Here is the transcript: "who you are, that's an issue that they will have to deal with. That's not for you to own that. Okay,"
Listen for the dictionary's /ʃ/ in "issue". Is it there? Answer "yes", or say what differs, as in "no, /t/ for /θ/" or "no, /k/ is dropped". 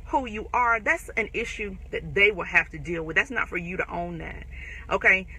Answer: yes